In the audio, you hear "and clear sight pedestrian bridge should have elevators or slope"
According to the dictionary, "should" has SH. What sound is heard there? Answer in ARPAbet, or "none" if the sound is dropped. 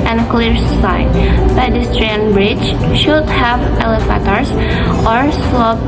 SH